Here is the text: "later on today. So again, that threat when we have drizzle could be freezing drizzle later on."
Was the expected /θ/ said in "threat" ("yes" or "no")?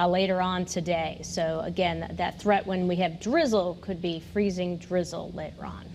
yes